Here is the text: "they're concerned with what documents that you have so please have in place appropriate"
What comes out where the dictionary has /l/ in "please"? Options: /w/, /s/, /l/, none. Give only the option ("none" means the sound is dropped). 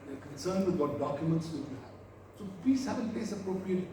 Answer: none